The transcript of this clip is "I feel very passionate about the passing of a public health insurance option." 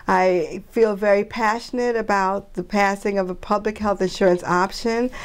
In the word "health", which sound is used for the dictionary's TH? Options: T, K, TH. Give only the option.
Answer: TH